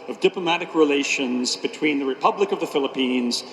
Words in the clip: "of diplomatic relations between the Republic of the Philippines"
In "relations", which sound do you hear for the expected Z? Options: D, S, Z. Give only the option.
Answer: Z